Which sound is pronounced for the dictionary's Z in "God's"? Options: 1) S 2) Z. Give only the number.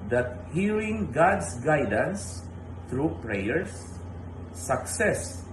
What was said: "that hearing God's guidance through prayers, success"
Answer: 1